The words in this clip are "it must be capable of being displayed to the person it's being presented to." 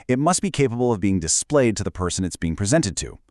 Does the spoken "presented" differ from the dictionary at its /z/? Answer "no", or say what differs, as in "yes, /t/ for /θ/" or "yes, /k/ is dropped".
no